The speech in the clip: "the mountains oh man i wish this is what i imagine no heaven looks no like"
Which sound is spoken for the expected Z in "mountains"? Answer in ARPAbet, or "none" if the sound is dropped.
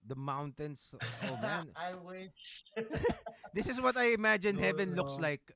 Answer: S